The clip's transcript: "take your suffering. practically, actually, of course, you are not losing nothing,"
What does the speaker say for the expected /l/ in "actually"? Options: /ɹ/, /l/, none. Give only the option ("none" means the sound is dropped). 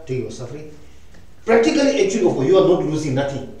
none